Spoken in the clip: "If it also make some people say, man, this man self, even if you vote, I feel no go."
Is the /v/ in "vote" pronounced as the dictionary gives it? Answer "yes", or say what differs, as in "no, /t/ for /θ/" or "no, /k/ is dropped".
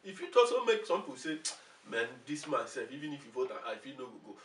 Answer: no, /f/ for /v/